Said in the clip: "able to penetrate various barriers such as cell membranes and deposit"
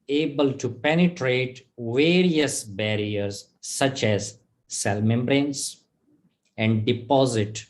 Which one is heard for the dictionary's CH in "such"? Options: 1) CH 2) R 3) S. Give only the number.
1